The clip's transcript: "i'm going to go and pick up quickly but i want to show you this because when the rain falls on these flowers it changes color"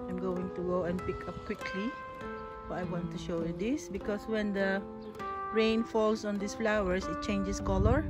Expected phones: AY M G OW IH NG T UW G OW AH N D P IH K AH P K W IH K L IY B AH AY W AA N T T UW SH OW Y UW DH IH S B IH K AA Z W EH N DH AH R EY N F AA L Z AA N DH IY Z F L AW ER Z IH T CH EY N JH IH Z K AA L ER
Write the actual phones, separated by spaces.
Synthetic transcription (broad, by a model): AY M G OW IH NG T UW G OW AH N P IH K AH P K W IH K L IY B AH AY W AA N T T UW SH OW Y UW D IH S B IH K AA S W EH N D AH R EY N F AA L S AA N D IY S F L AW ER S IH T CH EY N JH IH S K AA L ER